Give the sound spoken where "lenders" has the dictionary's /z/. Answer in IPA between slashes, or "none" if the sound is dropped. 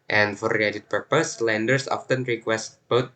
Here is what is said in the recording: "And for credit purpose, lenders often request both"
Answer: /s/